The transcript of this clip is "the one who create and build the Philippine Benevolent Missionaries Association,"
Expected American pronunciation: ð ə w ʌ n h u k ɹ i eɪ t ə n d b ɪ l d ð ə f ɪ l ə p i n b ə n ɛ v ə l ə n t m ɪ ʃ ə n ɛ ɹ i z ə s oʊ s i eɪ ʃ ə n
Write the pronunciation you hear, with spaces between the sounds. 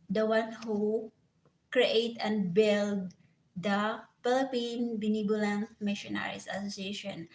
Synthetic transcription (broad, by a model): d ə w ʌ n h u k ɹ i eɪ t ə n d b ɪ l d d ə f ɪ l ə p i n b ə n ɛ b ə l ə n m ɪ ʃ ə n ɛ ɹ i s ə s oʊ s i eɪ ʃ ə n